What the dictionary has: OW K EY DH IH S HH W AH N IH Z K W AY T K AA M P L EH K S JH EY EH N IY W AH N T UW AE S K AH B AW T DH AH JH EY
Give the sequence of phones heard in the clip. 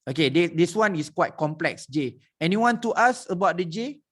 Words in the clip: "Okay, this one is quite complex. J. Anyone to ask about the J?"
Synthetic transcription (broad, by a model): OW K EY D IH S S W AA N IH S K W AY T K AA M P L EH K S JH EY EH N IY W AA N T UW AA S AH B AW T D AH JH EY